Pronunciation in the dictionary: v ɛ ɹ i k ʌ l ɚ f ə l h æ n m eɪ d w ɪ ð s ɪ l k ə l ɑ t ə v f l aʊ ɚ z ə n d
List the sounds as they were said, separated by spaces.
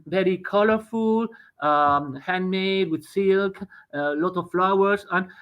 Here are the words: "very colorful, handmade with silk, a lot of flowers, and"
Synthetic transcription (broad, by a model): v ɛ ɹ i k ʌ l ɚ f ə l h æ n m eɪ d w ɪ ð s ɪ l k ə l ɑ t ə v f l aʊ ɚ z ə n